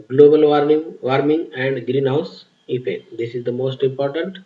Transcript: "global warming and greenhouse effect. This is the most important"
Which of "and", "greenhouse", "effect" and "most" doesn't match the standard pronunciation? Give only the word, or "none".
effect